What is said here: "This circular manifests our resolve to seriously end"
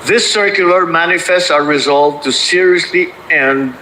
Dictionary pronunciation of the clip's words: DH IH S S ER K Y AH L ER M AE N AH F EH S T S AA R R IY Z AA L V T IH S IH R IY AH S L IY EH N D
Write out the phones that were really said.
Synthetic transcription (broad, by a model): DH IH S S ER K Y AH L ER M AE N AH F EH S T S AA R R IY Z AA L V T IH S IH R IY AH S L IY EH N